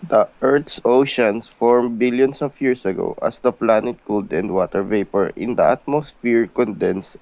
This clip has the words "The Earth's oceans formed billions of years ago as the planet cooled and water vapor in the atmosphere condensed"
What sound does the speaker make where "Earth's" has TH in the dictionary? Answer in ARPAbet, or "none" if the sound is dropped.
T